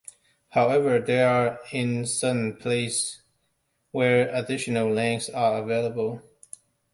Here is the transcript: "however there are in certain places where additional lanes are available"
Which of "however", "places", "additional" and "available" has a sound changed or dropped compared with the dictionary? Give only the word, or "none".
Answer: places